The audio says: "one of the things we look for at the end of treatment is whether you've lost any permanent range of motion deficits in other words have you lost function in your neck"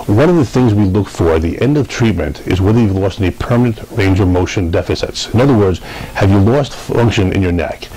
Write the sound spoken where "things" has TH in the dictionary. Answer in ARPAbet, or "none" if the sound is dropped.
TH